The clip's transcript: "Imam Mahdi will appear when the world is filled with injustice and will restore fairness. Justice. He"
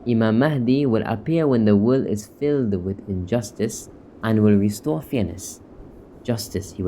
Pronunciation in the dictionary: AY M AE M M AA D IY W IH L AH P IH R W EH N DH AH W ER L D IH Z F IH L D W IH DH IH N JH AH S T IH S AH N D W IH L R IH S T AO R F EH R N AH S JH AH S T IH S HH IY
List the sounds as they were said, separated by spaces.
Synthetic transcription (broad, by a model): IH M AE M M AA D IY W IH L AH P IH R W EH N DH AH W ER L IH Z F IH L D W IH DH IH N JH AH S T IH S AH N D W IH L R IH S T AO R F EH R N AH S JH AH S T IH S HH IY